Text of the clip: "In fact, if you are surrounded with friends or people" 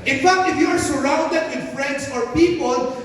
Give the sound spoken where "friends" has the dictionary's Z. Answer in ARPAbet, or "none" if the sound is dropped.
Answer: S